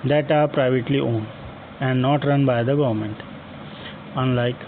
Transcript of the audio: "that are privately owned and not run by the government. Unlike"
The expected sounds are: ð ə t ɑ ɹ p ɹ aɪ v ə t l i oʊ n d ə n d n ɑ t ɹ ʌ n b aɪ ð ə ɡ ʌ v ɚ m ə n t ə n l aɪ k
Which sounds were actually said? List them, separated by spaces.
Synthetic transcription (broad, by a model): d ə t ɑ ɹ p ɹ aɪ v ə t l i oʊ n ə n d n ɑ t ɹ ʌ n b aɪ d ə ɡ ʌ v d m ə n t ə n l aɪ k